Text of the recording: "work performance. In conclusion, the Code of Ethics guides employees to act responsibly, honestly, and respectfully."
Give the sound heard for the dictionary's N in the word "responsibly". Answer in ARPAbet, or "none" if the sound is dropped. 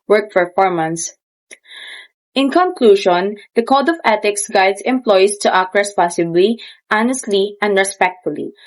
none